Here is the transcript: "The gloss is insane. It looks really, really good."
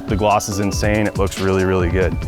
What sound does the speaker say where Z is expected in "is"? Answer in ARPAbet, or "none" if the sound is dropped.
Z